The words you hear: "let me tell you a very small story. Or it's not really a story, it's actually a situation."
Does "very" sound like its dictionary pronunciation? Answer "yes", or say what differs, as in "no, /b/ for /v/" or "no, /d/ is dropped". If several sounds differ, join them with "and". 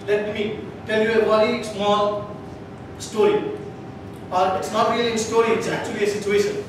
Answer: no, /w/ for /v/